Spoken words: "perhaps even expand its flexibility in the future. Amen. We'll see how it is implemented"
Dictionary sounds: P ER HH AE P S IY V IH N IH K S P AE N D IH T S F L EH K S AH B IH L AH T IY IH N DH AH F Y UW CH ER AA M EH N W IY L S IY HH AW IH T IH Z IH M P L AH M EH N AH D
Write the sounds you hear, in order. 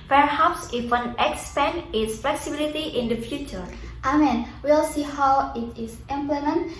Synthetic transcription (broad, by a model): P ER HH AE P S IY W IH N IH K S P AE N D IH T S F L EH K S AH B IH L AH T IY IH N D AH F Y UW CH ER AA M EH N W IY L S IY HH AW IH T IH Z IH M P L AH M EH N